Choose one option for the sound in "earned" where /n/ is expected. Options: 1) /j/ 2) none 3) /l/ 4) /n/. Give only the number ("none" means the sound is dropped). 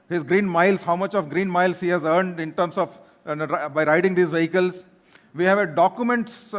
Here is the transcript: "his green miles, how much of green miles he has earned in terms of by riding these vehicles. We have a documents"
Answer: 4